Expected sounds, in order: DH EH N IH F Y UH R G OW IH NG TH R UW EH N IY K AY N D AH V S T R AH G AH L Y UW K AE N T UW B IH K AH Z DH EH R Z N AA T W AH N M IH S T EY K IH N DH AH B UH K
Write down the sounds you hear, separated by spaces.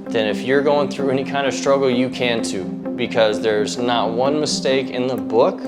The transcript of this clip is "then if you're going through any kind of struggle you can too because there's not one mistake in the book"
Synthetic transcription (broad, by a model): DH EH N IH F Y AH R G OW IH NG TH R UW EH N IY K AY N D AH V S T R AH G L Y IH K AE N T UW B IH K AH Z DH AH R Z N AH T W AH N M IH S T EY K IH N DH AH B UH K